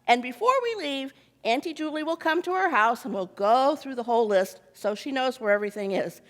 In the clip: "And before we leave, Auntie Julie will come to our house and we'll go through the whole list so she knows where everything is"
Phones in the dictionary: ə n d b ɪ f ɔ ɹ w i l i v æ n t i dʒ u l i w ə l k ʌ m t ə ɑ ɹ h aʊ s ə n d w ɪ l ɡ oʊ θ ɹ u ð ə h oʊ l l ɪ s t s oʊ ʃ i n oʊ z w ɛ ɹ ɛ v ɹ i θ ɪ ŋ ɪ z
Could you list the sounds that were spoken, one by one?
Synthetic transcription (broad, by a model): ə n b ɪ f ɔ ɹ w i l i v æ n t i dʒ u l i w ə l k ʌ m t ə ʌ ɹ h aʊ s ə n w ɪ l ɡ oʊ θ ɹ u ð ə h oʊ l l ɪ s t s oʊ ʃ i n oʊ z w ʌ ɹ ɛ v ɹ i θ ɪ ŋ ɪ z